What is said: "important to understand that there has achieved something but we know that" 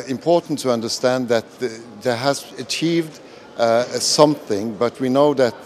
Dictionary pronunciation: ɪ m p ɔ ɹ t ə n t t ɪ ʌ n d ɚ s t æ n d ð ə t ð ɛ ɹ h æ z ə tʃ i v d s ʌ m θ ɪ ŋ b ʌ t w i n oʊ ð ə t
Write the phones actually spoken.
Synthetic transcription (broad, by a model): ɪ m p ɔ ɹ t n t t ɪ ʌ n d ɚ s t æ n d ð ə t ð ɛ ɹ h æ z ə tʃ i v d s ʌ m θ ɪ ŋ b ʌ t w i n oʊ ð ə t